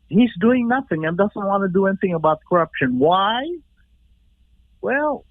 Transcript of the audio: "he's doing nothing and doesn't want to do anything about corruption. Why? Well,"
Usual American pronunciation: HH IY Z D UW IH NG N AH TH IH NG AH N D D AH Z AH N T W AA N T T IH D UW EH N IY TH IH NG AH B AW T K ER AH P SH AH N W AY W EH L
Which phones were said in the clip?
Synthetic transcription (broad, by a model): HH IY Z D UW IH NG N AH TH IH NG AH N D D AH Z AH N T W AA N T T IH D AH EH N IY TH IH NG AH B AW T K ER AH P SH AH N W AY W EH L